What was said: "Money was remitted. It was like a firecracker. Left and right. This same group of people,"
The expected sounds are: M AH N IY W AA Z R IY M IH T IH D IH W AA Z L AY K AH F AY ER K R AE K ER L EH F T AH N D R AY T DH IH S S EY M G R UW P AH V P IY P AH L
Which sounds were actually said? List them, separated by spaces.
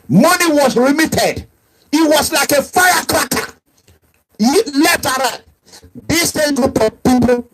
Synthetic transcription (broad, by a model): M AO N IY W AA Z R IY M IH T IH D IH W AA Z L AY K AH F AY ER K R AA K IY L EH F T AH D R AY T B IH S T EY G UW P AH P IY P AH